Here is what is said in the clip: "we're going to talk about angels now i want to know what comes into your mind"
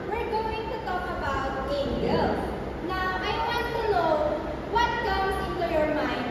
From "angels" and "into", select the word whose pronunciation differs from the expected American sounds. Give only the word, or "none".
angels